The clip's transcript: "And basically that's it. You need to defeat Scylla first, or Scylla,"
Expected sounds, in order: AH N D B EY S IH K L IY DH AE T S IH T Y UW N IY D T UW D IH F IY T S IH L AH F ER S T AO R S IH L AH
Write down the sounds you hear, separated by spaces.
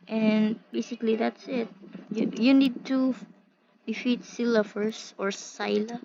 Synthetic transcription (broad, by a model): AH N B EY S IH K L IY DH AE T S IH T Y UW N IY D T UW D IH F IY T S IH L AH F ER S AO R S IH L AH